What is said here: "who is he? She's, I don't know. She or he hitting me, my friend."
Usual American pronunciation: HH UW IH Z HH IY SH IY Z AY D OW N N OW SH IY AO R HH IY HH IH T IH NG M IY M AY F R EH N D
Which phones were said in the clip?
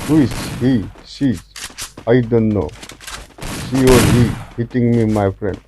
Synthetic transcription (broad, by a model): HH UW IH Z HH IY S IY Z AY D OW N N OW S IY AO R HH IY HH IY T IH NG M IY M AY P R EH N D